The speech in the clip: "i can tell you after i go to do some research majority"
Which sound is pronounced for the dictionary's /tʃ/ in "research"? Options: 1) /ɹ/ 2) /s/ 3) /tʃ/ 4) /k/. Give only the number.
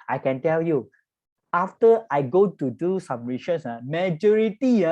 2